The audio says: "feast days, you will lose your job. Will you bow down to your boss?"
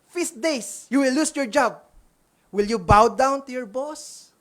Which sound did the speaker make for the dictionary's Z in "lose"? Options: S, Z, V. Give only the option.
S